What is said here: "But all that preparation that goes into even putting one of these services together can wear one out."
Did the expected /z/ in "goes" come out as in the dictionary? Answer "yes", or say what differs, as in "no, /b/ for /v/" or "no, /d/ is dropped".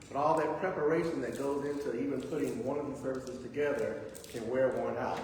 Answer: yes